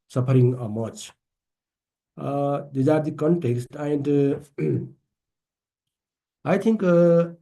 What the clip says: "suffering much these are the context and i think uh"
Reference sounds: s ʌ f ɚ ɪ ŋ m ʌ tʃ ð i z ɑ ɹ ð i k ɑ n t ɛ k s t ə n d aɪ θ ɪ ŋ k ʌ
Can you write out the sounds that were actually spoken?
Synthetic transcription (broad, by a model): s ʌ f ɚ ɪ ŋ m ʌ tʃ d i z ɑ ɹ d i k ɑ n t ɛ k s t ə n d aɪ t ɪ ŋ k